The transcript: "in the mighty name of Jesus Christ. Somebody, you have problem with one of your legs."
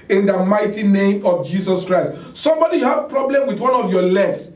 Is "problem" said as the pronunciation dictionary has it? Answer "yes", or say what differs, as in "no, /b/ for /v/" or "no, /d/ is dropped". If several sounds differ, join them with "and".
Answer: yes